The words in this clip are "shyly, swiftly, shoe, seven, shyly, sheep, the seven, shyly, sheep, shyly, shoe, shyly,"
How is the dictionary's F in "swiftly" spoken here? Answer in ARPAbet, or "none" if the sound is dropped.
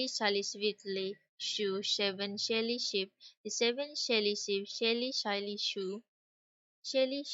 none